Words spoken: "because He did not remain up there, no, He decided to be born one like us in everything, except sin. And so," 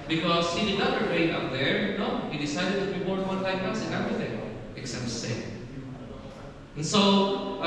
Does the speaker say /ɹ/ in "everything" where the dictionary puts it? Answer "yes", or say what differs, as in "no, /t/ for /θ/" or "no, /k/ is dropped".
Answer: yes